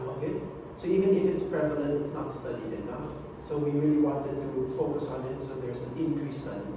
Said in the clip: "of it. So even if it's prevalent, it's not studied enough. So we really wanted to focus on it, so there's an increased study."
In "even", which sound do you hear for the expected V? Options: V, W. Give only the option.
V